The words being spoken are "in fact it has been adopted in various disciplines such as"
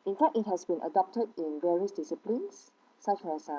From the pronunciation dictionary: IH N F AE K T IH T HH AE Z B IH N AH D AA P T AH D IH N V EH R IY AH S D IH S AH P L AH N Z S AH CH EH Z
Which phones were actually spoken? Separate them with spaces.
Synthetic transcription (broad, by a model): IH N F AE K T IH T HH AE S B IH N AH D AA P T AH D IH N V EH R IY AH S D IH S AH P L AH N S S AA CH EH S